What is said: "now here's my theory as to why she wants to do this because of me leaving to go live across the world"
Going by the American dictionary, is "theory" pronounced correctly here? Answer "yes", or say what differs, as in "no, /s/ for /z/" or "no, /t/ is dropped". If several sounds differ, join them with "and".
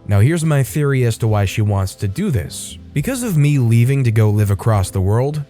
yes